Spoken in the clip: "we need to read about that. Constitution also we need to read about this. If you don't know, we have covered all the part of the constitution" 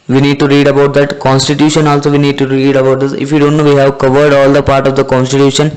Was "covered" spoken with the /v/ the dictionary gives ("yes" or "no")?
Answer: yes